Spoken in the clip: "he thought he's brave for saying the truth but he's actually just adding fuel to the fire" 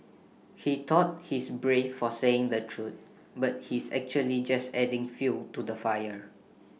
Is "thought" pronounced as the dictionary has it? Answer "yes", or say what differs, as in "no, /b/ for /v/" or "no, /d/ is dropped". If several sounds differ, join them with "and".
no, /t/ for /θ/